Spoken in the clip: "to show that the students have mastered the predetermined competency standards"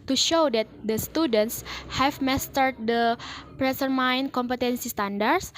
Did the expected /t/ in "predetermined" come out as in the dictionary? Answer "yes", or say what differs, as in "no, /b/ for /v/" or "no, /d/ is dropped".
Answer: no, /s/ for /t/